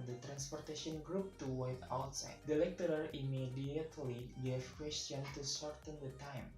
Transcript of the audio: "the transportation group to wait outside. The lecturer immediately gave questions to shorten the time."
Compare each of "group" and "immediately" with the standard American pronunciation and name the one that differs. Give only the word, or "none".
none